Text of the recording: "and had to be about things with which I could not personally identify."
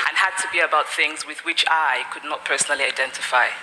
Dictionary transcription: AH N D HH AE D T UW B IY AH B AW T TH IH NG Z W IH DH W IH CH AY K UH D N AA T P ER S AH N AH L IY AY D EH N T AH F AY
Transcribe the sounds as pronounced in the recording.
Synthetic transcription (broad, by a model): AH N HH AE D T UW B IY AH B AW T TH IH NG Z W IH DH W IH CH AY K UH D N AA T P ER S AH N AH L IY AY D EH N T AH F AY